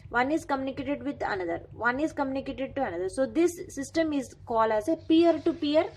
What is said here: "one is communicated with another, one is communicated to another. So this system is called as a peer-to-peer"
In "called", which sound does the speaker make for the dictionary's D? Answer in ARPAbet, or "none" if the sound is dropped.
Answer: none